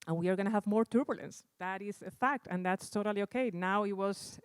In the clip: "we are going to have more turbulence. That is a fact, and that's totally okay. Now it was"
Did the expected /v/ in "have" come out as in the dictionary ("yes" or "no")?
yes